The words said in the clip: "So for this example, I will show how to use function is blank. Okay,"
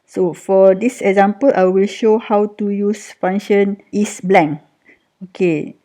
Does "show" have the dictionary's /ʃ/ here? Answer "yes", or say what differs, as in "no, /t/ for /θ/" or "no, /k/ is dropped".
yes